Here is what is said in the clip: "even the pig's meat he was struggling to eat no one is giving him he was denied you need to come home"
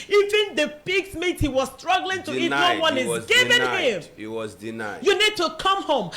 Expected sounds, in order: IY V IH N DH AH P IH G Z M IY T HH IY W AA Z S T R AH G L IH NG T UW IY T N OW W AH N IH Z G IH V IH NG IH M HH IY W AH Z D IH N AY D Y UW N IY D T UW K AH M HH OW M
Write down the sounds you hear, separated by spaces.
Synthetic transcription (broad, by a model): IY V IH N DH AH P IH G S M IY T HH IY W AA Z S T R AH G L IH NG T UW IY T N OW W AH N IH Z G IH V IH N IH M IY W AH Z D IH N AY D Y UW N IY D T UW K AH M HH OW M